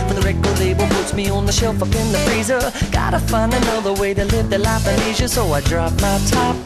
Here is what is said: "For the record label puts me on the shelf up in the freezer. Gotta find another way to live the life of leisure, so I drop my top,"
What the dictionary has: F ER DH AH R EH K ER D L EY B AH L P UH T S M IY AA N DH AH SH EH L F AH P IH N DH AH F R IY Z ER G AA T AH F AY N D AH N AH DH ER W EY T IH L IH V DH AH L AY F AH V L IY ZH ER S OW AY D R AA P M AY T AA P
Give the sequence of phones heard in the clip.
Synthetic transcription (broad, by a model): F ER DH AH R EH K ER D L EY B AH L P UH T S M IY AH N DH AH SH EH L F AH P IH N DH AH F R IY Z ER G AA T AH F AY N AH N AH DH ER W EY T IH L IH V DH AH L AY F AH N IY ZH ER S OW AY D R AA P M AY T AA P